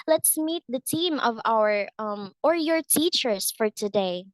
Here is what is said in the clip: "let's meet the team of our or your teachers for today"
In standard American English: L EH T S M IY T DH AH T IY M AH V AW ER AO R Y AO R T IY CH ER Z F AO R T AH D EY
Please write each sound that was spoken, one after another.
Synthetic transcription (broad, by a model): L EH T S M IY T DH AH T IY M AH V AW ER AO R Y AO R T IY CH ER S F AO R T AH D EY